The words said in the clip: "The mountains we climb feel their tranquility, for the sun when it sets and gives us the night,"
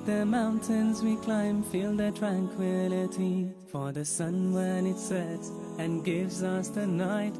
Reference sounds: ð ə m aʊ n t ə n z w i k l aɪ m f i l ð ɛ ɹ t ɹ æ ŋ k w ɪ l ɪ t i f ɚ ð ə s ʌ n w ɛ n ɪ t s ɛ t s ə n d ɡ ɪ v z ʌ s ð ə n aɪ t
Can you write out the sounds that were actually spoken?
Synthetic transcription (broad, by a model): ð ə m aʊ n t ə n z w i k l aɪ m f i l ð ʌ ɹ t ɹ æ ŋ k w ɪ l ɪ t i f ɚ ð ə s ʌ n w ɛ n ɪ t s ɛ t s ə n ɡ ɪ v z ʌ s ð ə n aɪ t